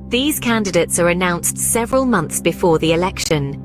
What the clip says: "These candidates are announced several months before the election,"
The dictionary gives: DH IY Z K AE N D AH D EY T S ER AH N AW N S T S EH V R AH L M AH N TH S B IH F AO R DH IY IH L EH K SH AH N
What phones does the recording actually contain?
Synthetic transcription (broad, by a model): DH IY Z K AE N D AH D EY T S ER AH N AW N S T S EH V R AH L M AH N TH S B IH F AO DH IY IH L EH K SH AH N